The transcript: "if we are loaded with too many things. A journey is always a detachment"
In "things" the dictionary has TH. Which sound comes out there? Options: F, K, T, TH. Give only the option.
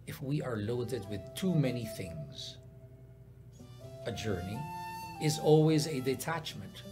TH